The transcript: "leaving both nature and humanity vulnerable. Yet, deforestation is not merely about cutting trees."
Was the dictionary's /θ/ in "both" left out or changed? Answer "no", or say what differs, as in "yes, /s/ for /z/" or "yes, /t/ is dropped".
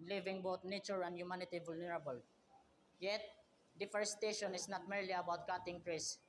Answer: yes, /t/ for /θ/